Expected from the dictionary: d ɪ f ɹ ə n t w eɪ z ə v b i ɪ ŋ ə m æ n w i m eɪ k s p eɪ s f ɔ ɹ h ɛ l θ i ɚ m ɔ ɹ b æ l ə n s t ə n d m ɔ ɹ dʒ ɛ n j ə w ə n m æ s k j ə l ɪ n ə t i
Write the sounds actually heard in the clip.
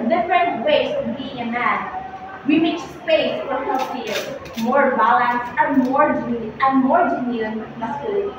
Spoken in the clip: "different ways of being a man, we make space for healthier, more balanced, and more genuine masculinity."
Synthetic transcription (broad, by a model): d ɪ f ɹ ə n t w eɪ ə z b i ɪ ŋ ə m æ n w i m eɪ k s p eɪ s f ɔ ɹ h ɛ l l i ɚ m ɔ ɹ b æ l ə n s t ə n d m ɔ ɹ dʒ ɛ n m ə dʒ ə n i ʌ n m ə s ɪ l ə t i